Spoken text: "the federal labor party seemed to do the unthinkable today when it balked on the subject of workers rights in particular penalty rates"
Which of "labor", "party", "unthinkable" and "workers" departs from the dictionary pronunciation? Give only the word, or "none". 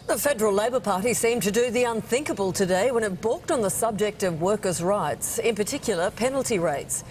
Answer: none